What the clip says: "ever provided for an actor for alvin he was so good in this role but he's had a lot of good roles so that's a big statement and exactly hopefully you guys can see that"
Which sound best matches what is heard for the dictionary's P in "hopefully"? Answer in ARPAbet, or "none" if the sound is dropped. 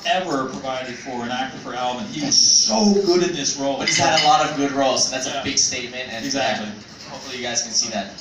none